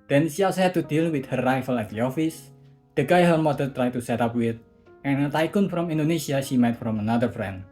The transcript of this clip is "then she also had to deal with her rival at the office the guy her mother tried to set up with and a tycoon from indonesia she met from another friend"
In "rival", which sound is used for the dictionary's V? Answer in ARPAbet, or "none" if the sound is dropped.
F